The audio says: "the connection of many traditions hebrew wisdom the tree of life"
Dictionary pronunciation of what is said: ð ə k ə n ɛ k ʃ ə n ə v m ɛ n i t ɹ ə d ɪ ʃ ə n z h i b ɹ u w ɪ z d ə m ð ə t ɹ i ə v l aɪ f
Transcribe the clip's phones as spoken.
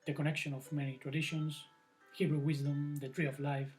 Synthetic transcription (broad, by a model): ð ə k ə n ɛ k ʃ ə n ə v m ɛ n i t ɹ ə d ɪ ʃ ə n s h i b ɹ u w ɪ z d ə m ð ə t ɹ i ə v l aɪ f